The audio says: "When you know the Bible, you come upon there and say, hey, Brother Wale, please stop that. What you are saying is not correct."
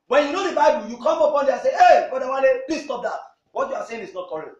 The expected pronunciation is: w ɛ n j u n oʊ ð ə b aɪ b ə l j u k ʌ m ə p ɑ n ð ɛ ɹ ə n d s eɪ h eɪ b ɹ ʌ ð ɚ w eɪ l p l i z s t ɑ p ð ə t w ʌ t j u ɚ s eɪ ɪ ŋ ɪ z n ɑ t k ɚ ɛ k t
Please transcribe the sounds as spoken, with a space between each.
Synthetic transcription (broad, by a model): w ɛ n j u n oʊ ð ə b aɪ b ə l j u k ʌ m ə p ɑ n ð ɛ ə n s eɪ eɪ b ʌ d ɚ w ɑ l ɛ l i s t ɑ p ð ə t w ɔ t j u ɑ s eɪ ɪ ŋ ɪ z n ɑ t k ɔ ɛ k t